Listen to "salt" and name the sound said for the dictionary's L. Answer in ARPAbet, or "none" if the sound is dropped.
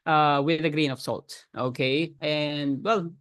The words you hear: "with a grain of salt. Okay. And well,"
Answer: L